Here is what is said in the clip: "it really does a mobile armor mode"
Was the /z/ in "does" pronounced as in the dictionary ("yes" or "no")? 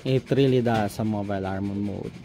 no